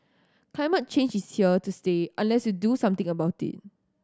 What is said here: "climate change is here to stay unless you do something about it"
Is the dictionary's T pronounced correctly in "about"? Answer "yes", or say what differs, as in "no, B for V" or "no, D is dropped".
yes